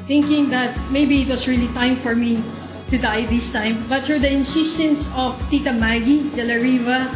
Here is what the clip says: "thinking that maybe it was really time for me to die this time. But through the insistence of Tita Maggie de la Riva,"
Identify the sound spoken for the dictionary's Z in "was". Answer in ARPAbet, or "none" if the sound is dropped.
S